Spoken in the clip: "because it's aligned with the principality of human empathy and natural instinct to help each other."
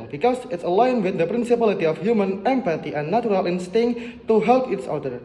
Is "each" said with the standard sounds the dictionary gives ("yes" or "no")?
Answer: no